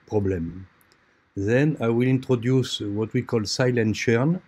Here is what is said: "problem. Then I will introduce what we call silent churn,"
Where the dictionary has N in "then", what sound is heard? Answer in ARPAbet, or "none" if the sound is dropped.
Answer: N